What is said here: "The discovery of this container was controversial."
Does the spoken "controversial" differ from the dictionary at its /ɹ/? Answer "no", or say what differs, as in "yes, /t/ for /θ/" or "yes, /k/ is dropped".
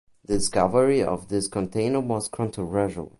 yes, /ɹ/ is dropped